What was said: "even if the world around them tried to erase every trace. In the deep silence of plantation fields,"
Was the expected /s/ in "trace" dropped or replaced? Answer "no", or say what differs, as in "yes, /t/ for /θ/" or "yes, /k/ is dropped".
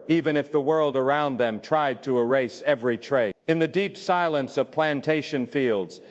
yes, /s/ is dropped